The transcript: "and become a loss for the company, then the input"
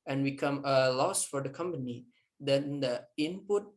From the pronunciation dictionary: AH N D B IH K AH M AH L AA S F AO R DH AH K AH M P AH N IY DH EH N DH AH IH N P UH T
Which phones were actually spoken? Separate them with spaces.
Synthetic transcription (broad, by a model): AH N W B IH K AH M AH L AA S F AO R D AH K AH M P AH N IY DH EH N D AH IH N P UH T